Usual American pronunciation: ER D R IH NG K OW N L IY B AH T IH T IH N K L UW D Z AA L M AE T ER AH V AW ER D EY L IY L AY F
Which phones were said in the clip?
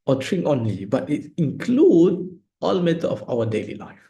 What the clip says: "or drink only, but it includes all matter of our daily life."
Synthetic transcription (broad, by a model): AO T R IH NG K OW N L IY B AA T IH T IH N K L UW D AA L M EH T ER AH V AW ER D EY L IY L AY F